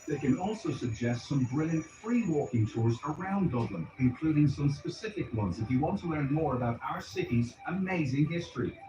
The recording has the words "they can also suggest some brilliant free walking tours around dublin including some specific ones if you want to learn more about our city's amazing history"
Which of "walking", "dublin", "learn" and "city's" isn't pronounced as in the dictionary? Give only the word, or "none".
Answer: none